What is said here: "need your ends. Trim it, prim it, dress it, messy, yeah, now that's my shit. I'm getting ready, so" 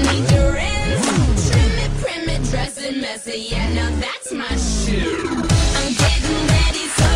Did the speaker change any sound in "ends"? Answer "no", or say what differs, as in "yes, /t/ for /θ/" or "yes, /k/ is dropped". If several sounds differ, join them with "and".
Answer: yes, /n/ is dropped and /z/ is dropped